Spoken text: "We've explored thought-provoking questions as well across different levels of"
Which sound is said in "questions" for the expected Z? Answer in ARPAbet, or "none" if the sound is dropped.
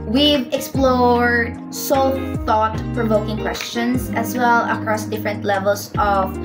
S